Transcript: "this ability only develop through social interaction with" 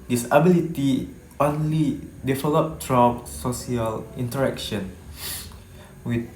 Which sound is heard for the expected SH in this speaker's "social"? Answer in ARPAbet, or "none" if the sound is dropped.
S